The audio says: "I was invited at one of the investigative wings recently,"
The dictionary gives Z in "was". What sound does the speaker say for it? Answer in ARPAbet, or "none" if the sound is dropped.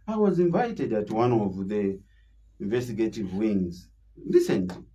Z